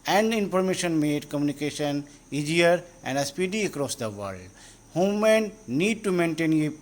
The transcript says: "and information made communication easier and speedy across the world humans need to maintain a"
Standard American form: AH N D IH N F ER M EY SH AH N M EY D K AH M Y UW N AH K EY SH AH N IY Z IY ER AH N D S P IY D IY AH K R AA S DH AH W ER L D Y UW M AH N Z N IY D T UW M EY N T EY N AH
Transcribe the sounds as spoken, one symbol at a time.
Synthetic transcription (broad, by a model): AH N D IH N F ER M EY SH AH N M EY D K AH M Y UW N AH K EY SH AH N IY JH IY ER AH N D S P IY D IY AH K R AA S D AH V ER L D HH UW M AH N N IY D T UW M EY N T EY N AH